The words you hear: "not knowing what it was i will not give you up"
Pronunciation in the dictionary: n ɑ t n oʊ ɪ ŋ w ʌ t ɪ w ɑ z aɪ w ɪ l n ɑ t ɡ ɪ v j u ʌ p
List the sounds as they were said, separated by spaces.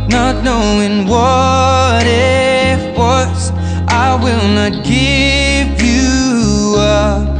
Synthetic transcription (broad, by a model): n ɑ t n oʊ ɪ ŋ w ʌ t ɪ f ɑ s aɪ w ɪ l n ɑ t ɡ ɪ v j u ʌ